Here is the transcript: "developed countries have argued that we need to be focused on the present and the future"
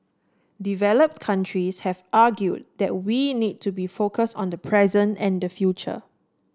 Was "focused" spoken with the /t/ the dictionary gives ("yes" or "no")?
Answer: yes